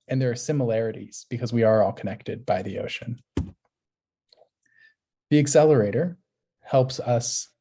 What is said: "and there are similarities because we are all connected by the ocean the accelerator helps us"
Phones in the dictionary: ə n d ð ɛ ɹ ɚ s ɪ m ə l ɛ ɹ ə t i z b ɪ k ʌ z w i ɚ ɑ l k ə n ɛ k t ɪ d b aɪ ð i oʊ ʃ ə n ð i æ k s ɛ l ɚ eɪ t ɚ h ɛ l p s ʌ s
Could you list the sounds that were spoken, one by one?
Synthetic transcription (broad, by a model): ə n ð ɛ ɹ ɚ s ɪ m ə l ɛ ɹ ə t i z b ɪ k ʌ z w i ɚ ɑ l k ə n ɛ k t ɪ d b aɪ ð i oʊ ʃ ə n ð i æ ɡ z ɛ l ɚ eɪ t ɚ h ɛ l p s ʌ s